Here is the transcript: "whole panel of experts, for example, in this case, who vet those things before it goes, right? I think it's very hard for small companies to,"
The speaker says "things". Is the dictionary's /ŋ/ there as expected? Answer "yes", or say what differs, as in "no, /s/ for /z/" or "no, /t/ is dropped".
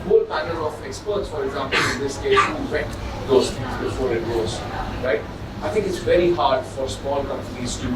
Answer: no, /ŋ/ is dropped